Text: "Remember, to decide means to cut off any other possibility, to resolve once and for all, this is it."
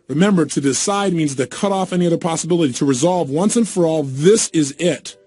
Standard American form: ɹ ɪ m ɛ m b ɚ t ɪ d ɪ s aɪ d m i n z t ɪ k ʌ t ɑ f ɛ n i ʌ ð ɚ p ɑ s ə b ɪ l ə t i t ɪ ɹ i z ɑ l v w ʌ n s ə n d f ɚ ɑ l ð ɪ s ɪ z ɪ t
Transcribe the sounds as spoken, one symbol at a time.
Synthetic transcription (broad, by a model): ɹ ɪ m ɛ m b ɚ t ɪ d ɪ s aɪ d m i n z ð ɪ k ʌ t ɑ f ɛ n i ʌ ð ɚ p ɑ s ə b ɪ l ə t i t ɪ ɹ i z ɑ l v w ʌ n s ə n f ɚ ɑ l ð ɪ s ɪ z ɪ t